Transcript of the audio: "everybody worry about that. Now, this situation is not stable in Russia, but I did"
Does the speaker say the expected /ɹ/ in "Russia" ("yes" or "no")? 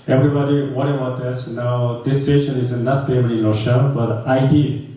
no